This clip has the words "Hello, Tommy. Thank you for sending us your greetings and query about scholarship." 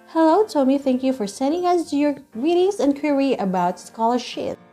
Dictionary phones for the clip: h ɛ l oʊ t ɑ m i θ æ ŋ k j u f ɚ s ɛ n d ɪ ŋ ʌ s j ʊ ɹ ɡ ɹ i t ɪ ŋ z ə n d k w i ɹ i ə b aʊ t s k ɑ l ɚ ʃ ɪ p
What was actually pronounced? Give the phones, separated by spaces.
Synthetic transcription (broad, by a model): h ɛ l oʊ t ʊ m i θ æ ŋ k j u f ɚ s ɛ n d ɪ ŋ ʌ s j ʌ ɹ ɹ i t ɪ ŋ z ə n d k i ɹ i ə b aʊ t s k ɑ l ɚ ʃ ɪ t